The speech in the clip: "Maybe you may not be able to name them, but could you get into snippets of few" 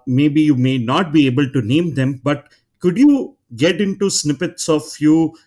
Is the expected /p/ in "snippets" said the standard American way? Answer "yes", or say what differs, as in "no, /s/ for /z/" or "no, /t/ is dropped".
yes